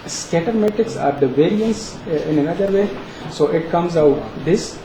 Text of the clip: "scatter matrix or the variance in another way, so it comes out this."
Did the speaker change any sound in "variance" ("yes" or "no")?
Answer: no